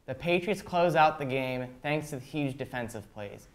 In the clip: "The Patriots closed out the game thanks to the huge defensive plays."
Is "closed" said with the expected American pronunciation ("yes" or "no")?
no